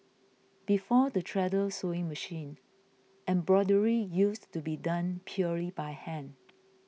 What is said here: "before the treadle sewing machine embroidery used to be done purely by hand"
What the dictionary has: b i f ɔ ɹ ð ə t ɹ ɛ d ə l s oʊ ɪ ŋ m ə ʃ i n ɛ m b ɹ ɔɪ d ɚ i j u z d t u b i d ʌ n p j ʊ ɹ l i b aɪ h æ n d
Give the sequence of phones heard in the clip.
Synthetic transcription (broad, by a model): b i f ɔ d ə t ɹ ɛ d ə l s oʊ ɪ ŋ m ə ʃ i n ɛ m b ɹ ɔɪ d ɚ i j u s t u b i d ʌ n p j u l i b aɪ h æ n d